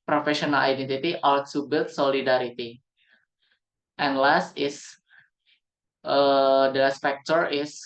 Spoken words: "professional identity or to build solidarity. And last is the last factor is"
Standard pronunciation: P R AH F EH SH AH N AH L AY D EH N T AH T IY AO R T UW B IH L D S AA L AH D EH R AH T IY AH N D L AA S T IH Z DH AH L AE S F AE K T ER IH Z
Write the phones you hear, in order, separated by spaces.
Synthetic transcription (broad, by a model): P R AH F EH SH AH N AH L AY D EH N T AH T IY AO L T UW B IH L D S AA L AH D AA R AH T IY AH N L AA S T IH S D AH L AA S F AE K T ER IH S